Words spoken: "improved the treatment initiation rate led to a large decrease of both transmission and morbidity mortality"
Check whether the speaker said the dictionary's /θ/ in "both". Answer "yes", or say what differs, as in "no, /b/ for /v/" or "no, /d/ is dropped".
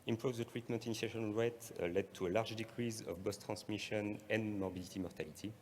no, /s/ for /θ/